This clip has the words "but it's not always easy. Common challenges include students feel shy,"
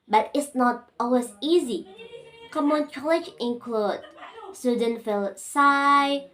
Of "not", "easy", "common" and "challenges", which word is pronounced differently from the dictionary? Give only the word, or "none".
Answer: challenges